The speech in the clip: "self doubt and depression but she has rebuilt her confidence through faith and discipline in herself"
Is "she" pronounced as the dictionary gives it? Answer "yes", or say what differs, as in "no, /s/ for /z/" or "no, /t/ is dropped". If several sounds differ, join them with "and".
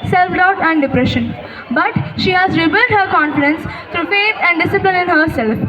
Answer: yes